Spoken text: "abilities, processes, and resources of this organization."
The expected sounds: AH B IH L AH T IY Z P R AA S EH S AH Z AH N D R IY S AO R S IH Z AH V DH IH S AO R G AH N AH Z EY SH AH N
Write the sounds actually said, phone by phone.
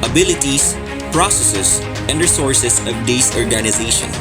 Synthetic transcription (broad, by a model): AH B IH L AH T IY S P R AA S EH S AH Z AH N D R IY S AO R S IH S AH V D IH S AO R G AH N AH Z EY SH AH N